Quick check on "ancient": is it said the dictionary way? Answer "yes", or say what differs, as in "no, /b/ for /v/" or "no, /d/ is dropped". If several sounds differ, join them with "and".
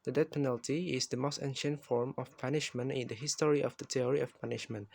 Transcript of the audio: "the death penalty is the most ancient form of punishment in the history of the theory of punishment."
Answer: yes